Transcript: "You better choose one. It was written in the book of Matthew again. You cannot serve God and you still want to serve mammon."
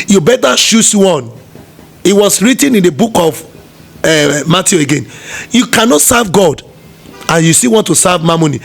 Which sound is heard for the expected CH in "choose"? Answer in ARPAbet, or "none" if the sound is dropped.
SH